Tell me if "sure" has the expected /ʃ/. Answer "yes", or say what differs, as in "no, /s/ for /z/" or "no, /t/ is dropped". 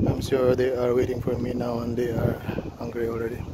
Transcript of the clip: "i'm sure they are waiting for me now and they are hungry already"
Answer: no, /s/ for /ʃ/